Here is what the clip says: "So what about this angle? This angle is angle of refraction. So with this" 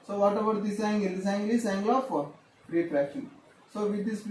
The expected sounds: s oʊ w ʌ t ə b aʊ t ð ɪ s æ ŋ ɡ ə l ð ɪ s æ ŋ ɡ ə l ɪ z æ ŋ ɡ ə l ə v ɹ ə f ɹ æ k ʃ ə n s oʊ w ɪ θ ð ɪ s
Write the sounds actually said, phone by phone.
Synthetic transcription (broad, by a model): s oʊ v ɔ t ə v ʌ t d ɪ s æ ŋ ɡ ə l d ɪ s æ ŋ ɡ ə l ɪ s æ ŋ ɡ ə l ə p ɹ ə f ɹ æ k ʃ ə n s oʊ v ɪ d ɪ s